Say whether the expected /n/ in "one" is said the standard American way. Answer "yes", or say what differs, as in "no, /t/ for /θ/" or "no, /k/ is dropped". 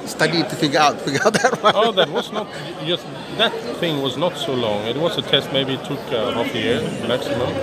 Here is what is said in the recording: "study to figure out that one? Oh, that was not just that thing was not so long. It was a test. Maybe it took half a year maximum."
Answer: no, /n/ is dropped